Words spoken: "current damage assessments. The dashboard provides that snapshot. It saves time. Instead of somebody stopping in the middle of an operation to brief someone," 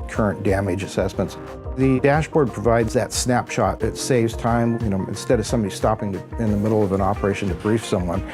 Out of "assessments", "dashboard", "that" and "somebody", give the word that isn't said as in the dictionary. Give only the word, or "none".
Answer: none